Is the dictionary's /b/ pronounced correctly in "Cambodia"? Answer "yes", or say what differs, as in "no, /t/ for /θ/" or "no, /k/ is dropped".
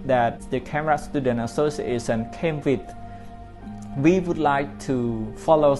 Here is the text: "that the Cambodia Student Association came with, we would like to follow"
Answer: no, /b/ is dropped